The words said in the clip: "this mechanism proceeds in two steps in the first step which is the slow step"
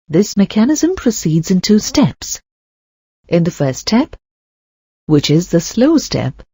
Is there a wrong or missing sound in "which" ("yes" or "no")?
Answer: no